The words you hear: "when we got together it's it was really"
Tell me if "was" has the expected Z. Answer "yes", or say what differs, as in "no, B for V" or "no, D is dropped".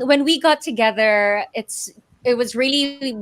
yes